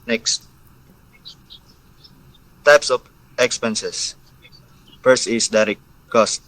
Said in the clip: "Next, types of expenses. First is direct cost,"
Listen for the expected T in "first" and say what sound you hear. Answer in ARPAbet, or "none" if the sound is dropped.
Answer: none